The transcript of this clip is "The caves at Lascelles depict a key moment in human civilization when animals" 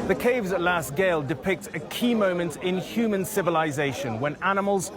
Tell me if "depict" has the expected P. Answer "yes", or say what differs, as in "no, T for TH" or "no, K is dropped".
yes